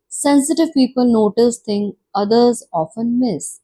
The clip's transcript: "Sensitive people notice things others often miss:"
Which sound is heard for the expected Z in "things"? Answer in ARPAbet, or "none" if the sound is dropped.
none